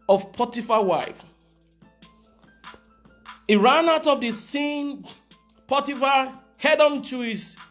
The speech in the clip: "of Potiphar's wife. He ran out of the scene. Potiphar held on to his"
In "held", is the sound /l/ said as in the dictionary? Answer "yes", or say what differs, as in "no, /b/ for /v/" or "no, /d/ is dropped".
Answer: no, /l/ is dropped